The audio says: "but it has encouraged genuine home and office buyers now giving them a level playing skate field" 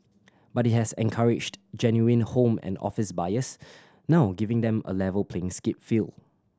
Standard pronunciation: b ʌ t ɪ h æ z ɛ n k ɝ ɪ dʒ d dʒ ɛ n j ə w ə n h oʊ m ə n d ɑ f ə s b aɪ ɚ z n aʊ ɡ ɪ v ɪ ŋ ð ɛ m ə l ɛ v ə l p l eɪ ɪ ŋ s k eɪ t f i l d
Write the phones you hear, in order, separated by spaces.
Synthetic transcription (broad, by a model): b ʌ t ɪ h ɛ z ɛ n k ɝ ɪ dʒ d dʒ ɛ n j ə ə n h oʊ m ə n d ɑ f ə s b aɪ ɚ s n aʊ ɡ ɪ v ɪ ŋ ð ɛ m ə l ɛ v ə l p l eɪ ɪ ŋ s k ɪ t f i l